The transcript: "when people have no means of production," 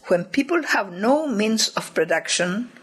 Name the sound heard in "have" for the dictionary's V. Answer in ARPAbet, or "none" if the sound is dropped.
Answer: V